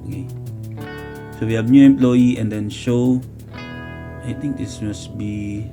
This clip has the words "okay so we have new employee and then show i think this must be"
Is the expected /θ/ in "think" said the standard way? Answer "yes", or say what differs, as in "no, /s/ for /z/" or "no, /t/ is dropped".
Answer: no, /t/ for /θ/